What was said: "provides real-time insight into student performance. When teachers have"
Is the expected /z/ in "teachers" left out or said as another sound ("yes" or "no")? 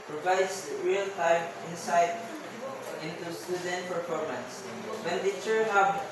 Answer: yes